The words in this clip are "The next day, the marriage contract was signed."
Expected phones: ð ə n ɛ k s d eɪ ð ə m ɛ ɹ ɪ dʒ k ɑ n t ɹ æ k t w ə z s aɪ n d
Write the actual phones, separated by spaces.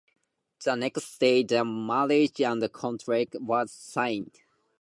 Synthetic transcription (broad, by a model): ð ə n ɛ k s d eɪ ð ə m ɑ l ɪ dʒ k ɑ n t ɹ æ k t w ə z s aɪ n d